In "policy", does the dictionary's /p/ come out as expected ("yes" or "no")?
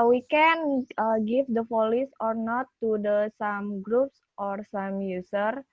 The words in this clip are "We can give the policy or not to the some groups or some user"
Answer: no